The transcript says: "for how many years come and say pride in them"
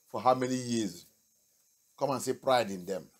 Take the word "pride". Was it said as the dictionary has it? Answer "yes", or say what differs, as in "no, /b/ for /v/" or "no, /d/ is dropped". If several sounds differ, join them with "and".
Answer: yes